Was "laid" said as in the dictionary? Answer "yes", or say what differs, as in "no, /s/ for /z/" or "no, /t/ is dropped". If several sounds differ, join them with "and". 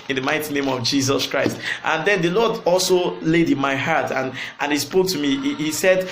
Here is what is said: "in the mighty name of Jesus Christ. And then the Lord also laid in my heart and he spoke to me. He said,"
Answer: yes